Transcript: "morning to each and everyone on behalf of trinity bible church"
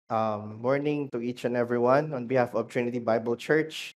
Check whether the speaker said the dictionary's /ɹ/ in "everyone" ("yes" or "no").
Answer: yes